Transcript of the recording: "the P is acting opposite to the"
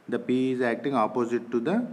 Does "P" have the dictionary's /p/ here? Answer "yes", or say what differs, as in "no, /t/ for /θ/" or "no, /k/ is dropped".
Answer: yes